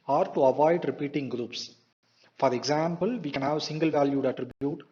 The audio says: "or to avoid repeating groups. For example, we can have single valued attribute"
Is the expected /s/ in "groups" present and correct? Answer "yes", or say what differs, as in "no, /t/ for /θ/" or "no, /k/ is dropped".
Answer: yes